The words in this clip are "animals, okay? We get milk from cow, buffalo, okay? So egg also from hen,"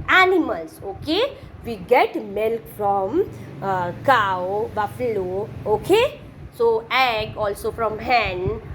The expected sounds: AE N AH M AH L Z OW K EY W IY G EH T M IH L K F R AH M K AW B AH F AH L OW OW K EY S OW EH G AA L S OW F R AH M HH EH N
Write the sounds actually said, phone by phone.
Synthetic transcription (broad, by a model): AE N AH M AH L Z OW K EY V IY G EH T M IH L K F R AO M K AW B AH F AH L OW OW K EY S OW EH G AA L S OW F R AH M HH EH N